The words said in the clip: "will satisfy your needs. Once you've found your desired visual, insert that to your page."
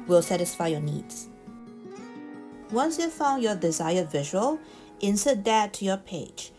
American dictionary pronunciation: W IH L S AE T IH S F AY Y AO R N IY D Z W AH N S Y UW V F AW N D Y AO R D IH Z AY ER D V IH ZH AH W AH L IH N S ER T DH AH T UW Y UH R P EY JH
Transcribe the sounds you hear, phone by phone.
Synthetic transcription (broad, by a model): W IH L S AE T IH S F AY Y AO N IY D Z W AH N S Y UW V F AW N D Y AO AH D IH Z AY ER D V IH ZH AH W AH L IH N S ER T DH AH T UW Y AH P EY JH